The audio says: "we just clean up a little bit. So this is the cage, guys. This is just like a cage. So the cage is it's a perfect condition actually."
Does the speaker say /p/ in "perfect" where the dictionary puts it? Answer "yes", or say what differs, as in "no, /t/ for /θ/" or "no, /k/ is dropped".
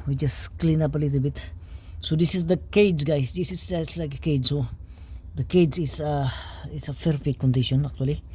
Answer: no, /f/ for /p/